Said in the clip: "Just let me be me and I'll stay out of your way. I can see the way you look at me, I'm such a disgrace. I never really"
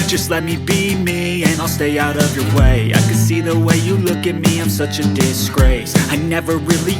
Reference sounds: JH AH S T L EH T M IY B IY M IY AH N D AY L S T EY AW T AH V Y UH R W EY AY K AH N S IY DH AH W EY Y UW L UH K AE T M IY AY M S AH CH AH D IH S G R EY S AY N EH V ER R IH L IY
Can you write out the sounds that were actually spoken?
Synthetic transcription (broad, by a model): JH AH S T L EH T M IY B IY M IY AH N AY L S T EY AW T AH V Y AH R W EY AY K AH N S IY DH AH W EY Y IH L UH K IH T M IY AY M S AH CH AH D IH S G R EY S AY N EH V ER R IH L IY